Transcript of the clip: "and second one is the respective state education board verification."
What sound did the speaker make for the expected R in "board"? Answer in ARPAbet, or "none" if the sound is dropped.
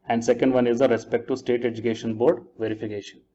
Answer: R